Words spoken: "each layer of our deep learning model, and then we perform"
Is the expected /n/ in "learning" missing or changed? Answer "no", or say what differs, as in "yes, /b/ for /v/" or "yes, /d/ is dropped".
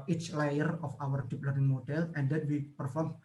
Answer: yes, /n/ is dropped